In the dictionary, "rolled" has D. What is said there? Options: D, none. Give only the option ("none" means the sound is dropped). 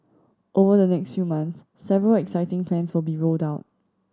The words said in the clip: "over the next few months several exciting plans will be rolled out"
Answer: D